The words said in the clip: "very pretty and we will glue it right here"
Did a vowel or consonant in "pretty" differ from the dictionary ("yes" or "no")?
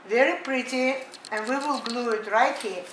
no